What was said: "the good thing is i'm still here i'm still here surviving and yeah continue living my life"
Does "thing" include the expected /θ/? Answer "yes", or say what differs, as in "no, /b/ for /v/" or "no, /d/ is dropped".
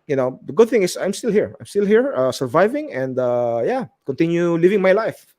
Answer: yes